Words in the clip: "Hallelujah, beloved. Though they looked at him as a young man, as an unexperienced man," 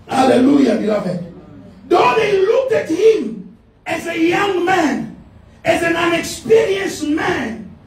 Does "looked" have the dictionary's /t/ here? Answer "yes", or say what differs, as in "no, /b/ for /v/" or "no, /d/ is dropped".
yes